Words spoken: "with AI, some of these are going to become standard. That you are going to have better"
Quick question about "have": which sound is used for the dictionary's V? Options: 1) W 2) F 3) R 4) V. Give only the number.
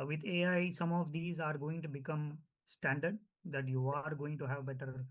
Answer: 4